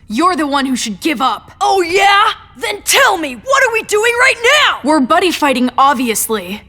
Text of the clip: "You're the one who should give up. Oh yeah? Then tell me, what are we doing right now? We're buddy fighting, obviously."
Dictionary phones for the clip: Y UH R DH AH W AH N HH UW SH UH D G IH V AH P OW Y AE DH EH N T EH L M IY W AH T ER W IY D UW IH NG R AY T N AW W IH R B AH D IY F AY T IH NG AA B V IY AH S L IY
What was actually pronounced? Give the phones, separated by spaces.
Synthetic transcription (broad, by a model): Y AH R DH AH W AH N HH UW SH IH D G IH V AH P OW Y AE DH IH N T EH L M IY W AH T ER W IY D UW IH NG R AY T N AW W IH R B AH D IY F AY T IH NG AA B V IY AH S L IY